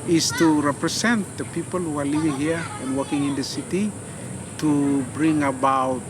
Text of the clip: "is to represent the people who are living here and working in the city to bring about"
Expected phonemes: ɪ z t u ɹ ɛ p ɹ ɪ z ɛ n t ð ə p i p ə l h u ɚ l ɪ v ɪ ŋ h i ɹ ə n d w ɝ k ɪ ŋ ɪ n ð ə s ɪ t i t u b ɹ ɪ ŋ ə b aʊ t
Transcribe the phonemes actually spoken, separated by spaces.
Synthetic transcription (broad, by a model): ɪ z t u ɹ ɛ p ɹ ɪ s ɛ n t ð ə p i p ə l h u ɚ l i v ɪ ŋ h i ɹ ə n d w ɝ k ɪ ŋ ɪ n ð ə s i t i t u b ɹ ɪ ŋ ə b aʊ t